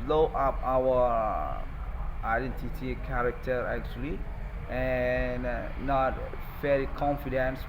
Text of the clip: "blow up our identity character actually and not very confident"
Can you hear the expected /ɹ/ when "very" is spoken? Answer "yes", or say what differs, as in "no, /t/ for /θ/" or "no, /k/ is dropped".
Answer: no, /l/ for /ɹ/